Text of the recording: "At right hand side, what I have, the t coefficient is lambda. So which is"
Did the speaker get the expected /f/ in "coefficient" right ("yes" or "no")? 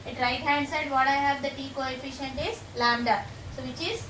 yes